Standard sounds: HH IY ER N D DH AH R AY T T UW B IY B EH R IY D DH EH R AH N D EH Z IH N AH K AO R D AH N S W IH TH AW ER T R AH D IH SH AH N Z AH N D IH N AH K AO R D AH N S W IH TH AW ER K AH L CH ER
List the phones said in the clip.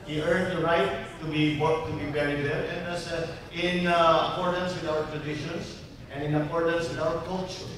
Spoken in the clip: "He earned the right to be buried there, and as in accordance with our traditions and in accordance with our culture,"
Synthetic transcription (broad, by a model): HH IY ER N D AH R AY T T UW B IY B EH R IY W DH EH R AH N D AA S IH N AH K AO R D AH N S W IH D AW ER T R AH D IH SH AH N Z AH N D IH N AH K AO R D AH N S W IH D AW ER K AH L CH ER